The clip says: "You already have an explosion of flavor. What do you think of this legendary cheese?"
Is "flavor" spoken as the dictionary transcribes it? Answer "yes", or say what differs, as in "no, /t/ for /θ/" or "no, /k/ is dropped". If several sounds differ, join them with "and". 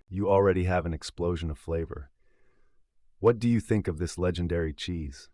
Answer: yes